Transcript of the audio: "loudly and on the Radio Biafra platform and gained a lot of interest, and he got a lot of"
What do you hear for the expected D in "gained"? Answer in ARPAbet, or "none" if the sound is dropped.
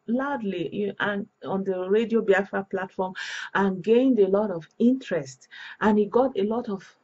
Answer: D